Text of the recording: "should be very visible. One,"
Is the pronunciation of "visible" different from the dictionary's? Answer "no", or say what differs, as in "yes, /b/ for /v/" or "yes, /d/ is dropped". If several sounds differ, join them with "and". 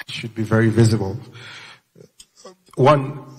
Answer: no